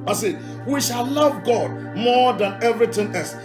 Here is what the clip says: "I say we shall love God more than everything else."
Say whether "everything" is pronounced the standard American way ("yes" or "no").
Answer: no